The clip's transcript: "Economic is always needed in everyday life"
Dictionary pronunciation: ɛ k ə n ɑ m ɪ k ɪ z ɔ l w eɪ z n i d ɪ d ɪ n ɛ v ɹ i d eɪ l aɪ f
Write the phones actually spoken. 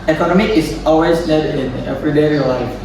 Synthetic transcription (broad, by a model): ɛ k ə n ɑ m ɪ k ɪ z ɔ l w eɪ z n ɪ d ɪ n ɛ p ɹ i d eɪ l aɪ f